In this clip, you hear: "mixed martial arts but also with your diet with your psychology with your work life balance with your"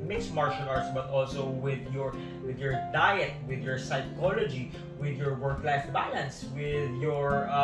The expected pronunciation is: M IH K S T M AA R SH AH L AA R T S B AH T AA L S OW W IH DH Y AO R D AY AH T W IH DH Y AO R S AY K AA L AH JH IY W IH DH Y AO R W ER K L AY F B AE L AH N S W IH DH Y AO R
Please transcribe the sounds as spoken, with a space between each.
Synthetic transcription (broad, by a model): M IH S M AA R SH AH N AA R T S B AH T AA L S OW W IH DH Y AO R D AY AH T W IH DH Y AO R S AY K AA L AH JH IY W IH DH Y AO R W ER K L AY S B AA L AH N S W IH DH Y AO R